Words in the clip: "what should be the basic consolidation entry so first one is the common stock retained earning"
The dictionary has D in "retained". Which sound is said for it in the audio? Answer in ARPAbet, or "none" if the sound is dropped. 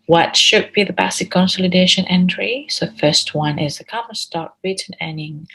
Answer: none